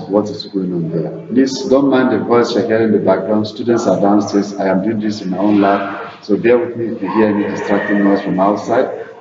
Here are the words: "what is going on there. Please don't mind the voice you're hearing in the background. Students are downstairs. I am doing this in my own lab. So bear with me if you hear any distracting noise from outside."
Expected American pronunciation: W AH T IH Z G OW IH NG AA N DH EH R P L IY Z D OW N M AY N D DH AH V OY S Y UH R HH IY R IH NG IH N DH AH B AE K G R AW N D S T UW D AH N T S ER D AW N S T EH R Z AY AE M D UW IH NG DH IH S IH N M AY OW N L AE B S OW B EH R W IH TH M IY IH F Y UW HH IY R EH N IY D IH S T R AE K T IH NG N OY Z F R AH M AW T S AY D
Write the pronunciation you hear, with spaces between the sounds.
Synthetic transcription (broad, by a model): W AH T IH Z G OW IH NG AA N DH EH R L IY S D OW N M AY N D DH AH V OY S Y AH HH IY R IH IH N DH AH B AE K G R AW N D S T UW D AH N T S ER D AW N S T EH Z AY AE M D UW IH NG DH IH S IH N M AY OW N L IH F S OW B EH W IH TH M IY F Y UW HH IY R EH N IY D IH S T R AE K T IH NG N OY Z F R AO M AW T S AY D